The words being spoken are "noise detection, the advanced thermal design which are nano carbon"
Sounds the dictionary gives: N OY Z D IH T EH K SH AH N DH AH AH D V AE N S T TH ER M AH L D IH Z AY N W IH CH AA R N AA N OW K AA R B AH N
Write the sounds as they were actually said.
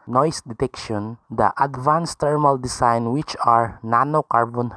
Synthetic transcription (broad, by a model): N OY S D IH T EH K SH AH N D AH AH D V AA N S T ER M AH L D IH S AY N W IH CH AA R N AA N OW K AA R B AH N